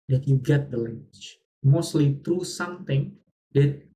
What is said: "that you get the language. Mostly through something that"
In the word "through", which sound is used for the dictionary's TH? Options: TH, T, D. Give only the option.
T